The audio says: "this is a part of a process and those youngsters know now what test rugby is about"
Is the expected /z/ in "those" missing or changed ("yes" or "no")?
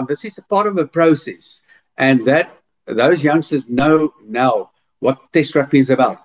no